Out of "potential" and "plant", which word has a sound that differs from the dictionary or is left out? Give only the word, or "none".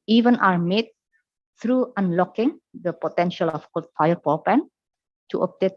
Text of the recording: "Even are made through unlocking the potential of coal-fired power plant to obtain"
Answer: plant